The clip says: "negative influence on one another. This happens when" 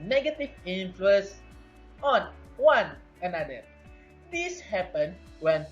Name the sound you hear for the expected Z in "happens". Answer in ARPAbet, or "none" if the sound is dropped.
none